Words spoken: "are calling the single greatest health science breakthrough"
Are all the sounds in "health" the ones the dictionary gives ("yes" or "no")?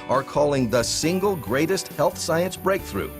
yes